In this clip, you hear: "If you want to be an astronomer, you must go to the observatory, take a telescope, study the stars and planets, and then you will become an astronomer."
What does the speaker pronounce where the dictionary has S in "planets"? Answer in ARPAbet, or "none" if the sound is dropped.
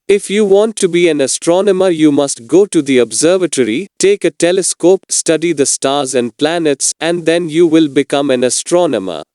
S